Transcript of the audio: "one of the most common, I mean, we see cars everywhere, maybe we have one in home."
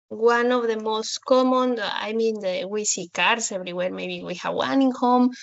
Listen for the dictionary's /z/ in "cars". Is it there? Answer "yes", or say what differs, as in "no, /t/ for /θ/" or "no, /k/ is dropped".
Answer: no, /s/ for /z/